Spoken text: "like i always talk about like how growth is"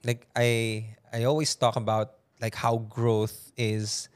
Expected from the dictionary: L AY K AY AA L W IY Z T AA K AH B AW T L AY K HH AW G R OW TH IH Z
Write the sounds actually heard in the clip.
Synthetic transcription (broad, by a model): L AY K AY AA L W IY S T AA K AH B AW T L AY K HH AW G R OW TH IH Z